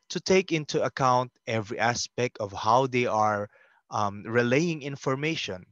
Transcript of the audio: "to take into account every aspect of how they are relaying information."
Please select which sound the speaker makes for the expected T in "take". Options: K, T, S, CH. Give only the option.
T